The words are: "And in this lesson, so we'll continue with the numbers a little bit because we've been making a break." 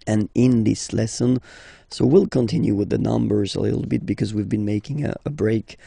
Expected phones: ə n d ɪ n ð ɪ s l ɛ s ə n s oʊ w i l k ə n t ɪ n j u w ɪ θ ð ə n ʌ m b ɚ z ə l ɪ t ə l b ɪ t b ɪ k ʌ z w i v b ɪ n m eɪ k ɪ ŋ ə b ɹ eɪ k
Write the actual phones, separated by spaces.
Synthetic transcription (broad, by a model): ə n ɪ n ð ɪ s l ɛ s ə n s oʊ w i l k ə n t ɪ n j u w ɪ ð ə n ʌ m b ɚ z ə l ɪ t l b ɪ t b ɪ k ʌ z w i v b ɪ n m eɪ k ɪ ŋ ə b ɹ eɪ k